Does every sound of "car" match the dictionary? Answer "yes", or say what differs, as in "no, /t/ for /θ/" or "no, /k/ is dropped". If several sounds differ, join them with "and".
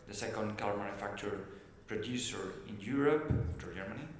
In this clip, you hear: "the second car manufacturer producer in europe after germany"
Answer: no, /l/ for /ɹ/